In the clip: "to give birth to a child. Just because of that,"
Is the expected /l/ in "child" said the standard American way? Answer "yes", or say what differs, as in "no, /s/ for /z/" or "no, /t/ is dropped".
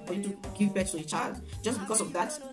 yes